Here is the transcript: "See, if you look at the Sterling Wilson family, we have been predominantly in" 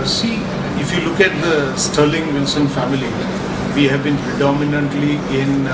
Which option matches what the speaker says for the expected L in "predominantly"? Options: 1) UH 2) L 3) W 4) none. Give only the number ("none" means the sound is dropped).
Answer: 2